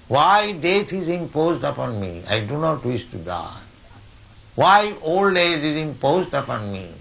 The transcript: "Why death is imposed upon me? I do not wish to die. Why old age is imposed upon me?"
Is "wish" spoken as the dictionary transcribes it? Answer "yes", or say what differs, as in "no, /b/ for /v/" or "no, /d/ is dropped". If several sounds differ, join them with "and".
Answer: no, /s/ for /ʃ/